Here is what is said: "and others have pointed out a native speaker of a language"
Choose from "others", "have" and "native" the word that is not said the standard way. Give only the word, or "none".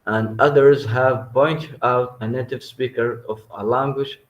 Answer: none